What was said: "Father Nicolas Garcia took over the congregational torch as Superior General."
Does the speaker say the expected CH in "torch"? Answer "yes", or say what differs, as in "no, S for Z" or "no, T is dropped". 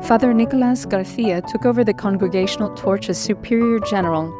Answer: yes